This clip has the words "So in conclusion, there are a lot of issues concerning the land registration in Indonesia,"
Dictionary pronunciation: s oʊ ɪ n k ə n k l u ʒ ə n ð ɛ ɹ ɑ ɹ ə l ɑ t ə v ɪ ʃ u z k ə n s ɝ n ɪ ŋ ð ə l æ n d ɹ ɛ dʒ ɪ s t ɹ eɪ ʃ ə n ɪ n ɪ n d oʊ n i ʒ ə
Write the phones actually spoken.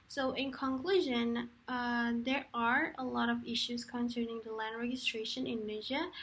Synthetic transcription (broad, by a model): s oʊ ɪ n k ə n k l u ʒ ə n ð ɛ ɹ ɑ ɹ ə l ɑ t ə v ɪ ʃ u z k ə n s ɝ n ɪ ŋ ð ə l æ n d ɹ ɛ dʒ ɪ s t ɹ eɪ ə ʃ ɪ n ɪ n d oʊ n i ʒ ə